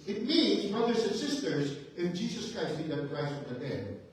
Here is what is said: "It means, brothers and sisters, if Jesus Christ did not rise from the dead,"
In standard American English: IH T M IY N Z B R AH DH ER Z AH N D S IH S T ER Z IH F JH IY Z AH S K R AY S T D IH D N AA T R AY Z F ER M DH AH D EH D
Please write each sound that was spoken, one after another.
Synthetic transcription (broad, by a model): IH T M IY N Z B R AH DH ER Z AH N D S IH S T ER Z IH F JH IY Z AH S K R AY S T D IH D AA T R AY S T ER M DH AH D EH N